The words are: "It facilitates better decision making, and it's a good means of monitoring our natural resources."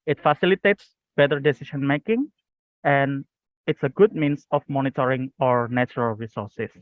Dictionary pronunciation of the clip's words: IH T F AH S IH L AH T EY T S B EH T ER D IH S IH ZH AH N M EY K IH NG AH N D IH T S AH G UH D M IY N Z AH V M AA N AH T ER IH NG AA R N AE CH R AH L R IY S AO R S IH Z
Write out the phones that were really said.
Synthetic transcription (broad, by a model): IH T F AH S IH L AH T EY T S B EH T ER D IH S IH SH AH N M EY K IH NG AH N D IH T S AH G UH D M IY N S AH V M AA N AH T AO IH NG AA R N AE CH R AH L R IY S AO R S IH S